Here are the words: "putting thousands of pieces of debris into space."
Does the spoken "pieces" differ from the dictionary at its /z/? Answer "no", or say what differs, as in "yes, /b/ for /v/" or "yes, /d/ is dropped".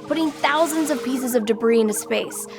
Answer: no